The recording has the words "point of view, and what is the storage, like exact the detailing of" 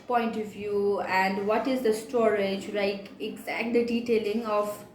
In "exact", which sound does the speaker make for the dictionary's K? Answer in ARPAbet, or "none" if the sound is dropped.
K